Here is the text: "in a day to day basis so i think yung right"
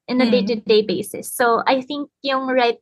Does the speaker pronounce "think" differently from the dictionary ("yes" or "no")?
no